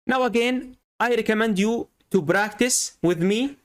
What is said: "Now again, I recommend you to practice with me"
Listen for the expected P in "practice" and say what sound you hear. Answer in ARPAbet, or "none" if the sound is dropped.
B